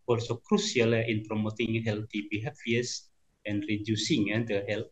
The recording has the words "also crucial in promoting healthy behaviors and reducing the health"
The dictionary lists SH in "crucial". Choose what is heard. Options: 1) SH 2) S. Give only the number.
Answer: 2